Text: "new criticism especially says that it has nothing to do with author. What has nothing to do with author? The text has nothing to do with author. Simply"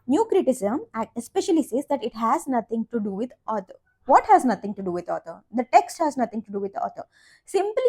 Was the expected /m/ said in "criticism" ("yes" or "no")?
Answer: no